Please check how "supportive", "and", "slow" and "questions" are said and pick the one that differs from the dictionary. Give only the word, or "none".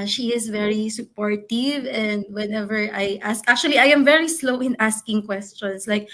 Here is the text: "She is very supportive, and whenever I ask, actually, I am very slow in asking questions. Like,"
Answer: questions